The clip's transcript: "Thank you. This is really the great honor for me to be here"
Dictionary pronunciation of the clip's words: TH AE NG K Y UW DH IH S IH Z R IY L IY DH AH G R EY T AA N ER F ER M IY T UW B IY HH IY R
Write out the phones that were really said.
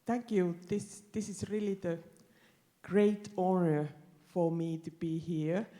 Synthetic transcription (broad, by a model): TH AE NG K Y UW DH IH S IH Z R IY L IY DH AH G R EY T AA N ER F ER M IY T UW B IY HH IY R